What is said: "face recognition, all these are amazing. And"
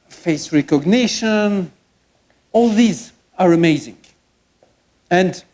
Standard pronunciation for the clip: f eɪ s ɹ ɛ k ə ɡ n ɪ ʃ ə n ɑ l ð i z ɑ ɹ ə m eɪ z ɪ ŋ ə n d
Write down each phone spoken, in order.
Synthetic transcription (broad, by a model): f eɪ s ɹ ɛ k ə ɡ n ɪ ʃ ə n ɑ l ð i z ɑ ɹ ə m eɪ z ɪ ŋ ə n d